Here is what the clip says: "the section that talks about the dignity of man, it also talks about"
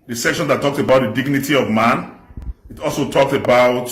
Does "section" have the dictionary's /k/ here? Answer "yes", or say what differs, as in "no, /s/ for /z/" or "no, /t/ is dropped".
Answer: yes